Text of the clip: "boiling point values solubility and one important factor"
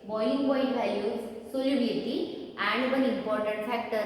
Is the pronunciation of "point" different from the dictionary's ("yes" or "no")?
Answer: yes